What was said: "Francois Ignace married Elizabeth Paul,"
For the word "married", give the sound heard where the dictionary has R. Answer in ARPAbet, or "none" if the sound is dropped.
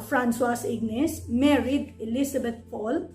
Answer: R